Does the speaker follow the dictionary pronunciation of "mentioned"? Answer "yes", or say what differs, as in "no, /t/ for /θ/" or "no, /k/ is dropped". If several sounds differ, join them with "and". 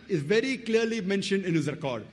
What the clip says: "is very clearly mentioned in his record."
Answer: yes